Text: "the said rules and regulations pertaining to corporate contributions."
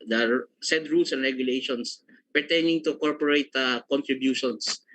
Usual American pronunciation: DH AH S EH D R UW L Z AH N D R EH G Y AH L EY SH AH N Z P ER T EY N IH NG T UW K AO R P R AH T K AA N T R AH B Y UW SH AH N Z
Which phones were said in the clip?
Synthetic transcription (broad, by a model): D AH S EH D R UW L S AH N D R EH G Y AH L EY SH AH N S P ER T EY N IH NG T UW K AO R P R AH T K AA N T R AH B Y UW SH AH N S